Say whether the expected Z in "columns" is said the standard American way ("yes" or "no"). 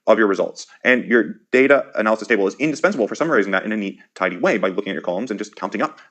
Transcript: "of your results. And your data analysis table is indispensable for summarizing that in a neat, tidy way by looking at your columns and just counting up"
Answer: yes